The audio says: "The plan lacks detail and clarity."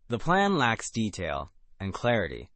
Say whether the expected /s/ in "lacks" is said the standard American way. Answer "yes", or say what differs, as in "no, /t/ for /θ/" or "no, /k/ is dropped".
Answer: yes